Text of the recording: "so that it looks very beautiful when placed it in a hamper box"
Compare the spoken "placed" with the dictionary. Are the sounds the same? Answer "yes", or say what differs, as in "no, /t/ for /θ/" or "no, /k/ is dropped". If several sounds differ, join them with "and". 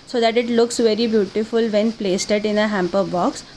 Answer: yes